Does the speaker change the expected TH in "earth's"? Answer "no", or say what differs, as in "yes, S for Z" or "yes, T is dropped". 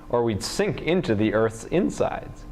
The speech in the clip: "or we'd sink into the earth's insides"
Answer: no